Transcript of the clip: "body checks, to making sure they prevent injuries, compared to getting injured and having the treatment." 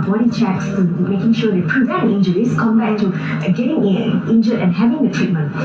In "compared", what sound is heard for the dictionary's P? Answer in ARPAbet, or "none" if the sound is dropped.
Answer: B